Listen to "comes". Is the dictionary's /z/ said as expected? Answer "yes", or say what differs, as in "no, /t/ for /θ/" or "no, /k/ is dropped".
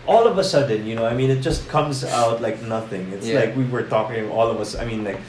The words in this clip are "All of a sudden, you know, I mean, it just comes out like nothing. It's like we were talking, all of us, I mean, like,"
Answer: yes